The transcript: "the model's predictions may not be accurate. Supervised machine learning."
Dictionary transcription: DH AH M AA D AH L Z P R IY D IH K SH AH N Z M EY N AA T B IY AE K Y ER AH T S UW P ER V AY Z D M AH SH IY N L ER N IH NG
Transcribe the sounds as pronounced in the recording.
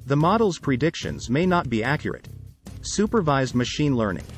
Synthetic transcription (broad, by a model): DH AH M AA D L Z P R IY D IH K SH AH N Z M EY N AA T B IY AE K Y ER AH T S UW P ER V AY Z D M AH SH IY N L ER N IH NG